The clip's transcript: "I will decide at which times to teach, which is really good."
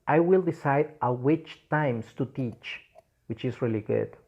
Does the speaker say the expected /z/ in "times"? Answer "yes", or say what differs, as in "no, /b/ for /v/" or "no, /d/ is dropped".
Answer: no, /s/ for /z/